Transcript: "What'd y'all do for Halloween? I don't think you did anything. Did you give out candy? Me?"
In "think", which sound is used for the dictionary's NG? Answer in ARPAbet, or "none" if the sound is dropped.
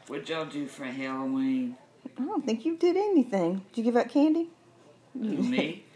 NG